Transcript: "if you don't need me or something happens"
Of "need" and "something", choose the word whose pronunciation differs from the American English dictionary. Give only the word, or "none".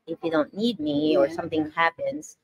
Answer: none